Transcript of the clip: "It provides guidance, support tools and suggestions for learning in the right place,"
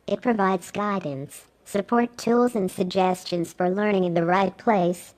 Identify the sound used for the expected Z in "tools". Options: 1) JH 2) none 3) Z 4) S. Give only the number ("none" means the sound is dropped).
3